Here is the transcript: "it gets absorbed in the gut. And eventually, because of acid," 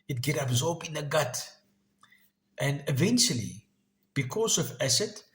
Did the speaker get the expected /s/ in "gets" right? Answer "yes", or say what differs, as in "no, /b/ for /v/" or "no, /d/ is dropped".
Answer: no, /s/ is dropped